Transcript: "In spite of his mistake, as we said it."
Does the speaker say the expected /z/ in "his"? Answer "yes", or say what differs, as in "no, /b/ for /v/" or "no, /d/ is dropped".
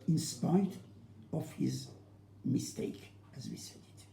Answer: yes